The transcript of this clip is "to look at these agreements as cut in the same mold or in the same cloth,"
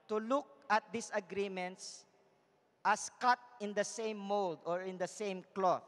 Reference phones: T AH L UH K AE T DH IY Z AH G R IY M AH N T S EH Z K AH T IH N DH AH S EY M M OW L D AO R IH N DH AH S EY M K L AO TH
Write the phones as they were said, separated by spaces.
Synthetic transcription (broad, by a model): T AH L UH K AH T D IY S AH G R IY M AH N T S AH S K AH T IH N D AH S EY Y M OW L D AO R IH N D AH S EY M K L AO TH